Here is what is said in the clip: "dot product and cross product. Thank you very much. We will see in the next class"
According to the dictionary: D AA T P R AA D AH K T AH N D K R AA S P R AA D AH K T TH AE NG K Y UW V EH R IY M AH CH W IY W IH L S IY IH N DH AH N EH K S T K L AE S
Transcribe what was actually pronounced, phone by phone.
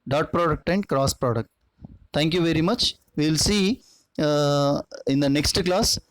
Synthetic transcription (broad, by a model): D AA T P R AA D AH K T AH N D K R AA S P R AA D AH K T T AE NG K Y UW V EH R IY M AH CH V IY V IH L S IY IH N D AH N EH K S T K L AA S